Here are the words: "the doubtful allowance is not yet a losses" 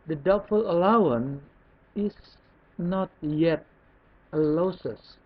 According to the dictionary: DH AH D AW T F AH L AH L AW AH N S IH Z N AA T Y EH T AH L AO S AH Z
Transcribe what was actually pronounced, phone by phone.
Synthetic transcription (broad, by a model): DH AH D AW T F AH L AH L AW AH N IH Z N AA T Y EH T AH L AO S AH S